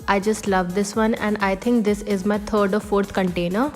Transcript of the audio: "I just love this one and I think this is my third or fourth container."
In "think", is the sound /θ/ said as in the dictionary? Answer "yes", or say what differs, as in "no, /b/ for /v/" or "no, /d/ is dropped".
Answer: no, /t/ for /θ/